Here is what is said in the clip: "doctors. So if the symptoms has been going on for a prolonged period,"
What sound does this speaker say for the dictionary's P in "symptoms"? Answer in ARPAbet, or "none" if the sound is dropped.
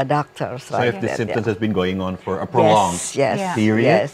none